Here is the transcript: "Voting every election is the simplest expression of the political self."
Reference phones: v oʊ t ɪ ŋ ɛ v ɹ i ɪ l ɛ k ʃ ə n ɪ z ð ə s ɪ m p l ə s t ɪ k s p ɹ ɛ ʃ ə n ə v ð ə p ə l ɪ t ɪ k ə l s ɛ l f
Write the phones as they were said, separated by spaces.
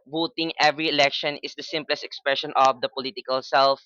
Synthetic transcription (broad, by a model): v oʊ t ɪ ŋ ɛ v ɹ i ɪ l ɛ k ʃ ə n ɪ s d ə s ɪ m p l ə s t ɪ k s p ɹ ɛ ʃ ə n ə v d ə p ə l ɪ t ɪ k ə l s ɛ l f